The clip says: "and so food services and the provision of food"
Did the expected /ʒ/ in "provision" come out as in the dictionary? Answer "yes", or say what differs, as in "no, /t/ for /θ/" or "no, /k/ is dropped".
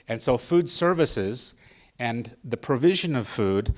yes